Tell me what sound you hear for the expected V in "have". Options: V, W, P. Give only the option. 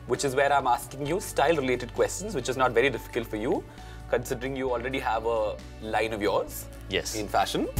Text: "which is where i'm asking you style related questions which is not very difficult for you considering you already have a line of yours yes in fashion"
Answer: V